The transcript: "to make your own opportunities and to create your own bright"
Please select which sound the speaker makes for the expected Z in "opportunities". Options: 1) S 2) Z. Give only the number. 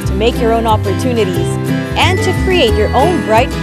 2